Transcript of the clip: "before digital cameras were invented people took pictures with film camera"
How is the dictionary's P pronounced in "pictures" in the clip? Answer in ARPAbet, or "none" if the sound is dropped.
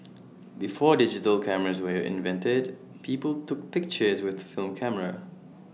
P